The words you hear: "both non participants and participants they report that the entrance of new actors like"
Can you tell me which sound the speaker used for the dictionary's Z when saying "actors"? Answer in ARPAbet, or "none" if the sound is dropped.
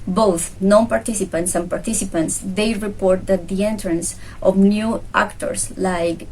S